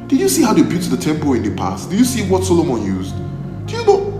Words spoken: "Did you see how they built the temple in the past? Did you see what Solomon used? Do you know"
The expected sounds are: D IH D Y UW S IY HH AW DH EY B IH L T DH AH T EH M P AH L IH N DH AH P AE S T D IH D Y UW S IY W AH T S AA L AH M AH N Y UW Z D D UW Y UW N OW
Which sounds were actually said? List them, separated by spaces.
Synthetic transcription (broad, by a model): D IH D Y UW S IY HH AW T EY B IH T DH AH T EH M P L IH N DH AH P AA S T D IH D Y UW S IY W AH T S AA L AH M AH N Y UW Z D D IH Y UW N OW